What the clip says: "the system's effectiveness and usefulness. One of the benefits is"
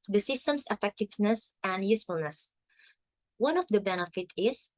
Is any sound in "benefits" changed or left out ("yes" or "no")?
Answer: yes